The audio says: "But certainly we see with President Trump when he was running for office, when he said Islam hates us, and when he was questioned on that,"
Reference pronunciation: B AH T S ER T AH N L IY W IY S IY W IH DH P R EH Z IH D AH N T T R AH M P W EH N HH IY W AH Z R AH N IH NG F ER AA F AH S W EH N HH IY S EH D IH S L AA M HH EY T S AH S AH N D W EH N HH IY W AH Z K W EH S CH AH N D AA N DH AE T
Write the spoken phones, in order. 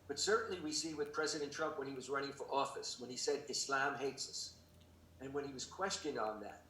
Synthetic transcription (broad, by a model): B AH T S ER T N L IY W IY S IY W IH DH P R EH Z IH D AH N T T R AH M P W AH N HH IY W AH Z R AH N IH NG F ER AA F AH S W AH N IY S EH D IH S L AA M HH EY T S AH S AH N W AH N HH IY W AH Z K W EH S CH AH N D N DH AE T